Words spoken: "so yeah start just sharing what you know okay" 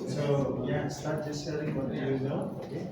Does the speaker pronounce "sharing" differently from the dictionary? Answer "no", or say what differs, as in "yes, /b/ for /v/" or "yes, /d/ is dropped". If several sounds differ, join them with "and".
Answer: yes, /l/ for /ɹ/